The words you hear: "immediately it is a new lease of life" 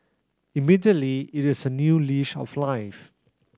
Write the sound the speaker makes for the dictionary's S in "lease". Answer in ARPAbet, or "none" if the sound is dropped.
SH